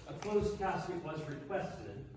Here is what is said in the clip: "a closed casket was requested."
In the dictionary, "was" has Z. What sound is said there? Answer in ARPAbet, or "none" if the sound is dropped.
Z